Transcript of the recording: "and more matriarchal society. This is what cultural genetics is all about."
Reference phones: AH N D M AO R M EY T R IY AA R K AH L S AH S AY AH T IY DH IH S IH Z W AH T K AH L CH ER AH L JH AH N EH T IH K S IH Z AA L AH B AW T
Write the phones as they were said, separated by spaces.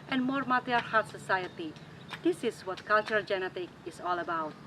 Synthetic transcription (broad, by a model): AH N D M AO R M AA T IY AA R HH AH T S AH S AY AH T IY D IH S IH S W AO T K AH L CH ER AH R JH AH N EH T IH K IH S AA L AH B AW T